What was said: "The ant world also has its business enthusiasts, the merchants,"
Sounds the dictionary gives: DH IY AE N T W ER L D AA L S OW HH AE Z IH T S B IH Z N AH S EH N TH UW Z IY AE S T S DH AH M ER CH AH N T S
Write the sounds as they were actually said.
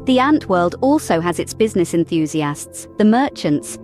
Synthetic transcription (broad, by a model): DH IY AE N T W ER L D AA L S OW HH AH Z IH T S B IH Z N AH S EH N TH UW Z IY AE S T S DH AH M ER CH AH N T S